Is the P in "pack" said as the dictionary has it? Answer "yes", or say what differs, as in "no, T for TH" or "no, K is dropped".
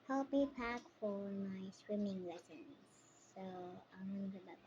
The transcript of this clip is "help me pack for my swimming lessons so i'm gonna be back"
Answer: yes